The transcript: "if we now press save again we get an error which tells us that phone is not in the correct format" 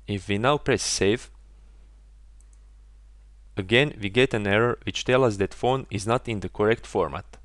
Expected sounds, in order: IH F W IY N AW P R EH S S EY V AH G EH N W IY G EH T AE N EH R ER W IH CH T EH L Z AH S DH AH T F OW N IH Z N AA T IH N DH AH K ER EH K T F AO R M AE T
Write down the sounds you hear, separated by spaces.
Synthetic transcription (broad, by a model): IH F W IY N AW P R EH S S EY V AH G EH N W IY G EH T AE N EH R ER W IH CH T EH L AH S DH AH T F OW N IH Z N AA T IH N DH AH K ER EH K T F AO R M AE T